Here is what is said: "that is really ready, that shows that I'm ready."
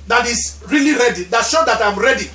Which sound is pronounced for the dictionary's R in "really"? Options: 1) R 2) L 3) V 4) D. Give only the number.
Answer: 1